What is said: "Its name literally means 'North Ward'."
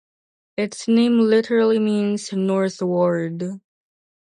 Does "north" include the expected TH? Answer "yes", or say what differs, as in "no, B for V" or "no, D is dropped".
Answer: yes